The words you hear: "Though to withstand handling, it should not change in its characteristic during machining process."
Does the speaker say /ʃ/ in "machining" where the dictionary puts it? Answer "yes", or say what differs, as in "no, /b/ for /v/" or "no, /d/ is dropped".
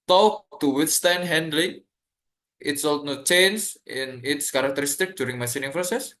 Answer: no, /s/ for /ʃ/